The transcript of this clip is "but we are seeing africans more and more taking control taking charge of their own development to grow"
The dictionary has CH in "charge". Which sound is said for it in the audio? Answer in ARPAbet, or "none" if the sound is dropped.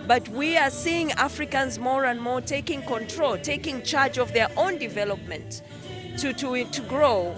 CH